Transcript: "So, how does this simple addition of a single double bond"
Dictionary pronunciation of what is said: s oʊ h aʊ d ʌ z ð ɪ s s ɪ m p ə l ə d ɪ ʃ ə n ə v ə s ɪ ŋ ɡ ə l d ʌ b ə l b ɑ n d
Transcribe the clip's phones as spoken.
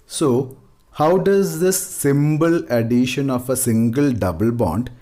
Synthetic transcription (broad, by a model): s oʊ h aʊ d ʌ z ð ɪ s s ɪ m b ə l ə d ɪ ʃ ə n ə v ə s ɪ ŋ ɡ ə l d ʌ b ə l b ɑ n d